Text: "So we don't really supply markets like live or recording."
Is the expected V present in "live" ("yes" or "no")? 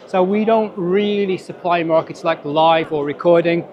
yes